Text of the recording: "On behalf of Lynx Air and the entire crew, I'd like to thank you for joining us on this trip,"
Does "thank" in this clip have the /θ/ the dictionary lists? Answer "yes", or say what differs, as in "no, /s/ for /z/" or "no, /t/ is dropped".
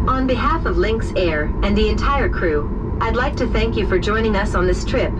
yes